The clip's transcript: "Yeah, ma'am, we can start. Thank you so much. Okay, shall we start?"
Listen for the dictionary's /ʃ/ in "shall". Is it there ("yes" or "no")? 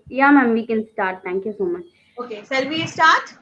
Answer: no